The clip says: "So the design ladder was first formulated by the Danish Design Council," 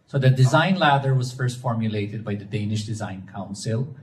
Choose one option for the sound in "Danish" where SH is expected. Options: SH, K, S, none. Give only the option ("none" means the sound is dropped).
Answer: SH